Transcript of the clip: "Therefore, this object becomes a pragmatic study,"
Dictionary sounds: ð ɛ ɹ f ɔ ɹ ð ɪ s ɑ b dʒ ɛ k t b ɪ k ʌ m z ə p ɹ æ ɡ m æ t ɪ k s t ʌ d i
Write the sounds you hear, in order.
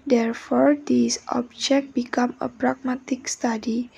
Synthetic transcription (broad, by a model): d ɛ ɹ f ɔ ɹ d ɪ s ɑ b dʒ ɛ k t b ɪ k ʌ m ə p ɹ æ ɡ m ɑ t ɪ k s t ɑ d i